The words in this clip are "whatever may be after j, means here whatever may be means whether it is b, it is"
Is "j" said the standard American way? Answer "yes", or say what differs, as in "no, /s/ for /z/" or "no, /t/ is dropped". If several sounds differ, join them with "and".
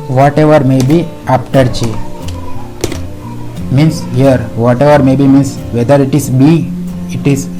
no, /tʃ/ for /dʒ/